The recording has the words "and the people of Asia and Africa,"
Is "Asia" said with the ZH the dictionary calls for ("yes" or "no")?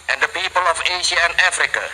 no